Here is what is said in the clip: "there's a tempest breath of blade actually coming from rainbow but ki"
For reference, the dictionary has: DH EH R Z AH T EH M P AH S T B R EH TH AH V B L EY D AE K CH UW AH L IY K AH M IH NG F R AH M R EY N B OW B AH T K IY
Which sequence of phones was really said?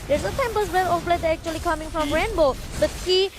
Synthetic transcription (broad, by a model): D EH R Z AH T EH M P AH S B L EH T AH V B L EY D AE K CH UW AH L IY K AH M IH NG F R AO M R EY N B OW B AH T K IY